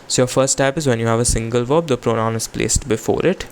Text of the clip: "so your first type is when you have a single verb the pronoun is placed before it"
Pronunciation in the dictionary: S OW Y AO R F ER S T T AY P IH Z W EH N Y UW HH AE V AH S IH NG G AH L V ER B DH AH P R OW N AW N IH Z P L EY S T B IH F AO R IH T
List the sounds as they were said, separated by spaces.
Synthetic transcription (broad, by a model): S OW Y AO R F ER S T T AY P IH Z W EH N Y UW HH AE V AH S IH NG G AH L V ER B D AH P R OW N AW N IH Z P L EY S T B IH F AO R IH T